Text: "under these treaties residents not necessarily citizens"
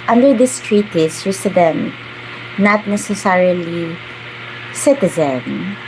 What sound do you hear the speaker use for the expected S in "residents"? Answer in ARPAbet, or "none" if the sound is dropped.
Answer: none